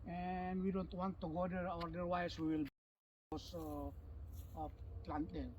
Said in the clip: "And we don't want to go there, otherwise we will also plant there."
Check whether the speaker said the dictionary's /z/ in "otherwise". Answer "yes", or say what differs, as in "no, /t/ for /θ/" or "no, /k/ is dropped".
no, /s/ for /z/